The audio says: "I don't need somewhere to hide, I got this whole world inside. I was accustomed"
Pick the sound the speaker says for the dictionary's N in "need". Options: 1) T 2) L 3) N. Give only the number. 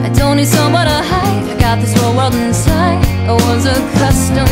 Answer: 2